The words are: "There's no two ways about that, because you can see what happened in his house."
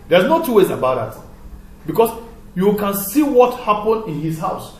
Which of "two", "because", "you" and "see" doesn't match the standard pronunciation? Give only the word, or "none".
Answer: because